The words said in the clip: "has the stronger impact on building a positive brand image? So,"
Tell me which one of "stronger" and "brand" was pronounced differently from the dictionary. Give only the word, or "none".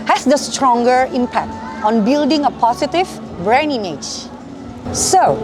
brand